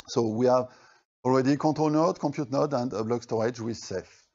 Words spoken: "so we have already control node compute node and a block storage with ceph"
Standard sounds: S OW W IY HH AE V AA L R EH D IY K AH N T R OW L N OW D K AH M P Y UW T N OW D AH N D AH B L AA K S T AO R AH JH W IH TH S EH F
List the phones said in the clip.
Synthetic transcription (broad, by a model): S OW W IY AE V AA L R EH D IY K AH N T OW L N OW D K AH P Y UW T N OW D AH N D AH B L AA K S T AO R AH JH W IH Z S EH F